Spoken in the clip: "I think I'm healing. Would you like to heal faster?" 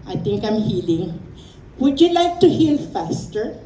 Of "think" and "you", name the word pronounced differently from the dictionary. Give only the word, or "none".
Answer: think